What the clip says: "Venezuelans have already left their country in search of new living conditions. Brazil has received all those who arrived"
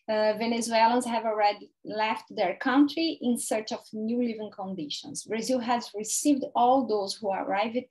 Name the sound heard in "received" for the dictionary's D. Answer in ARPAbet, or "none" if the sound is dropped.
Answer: D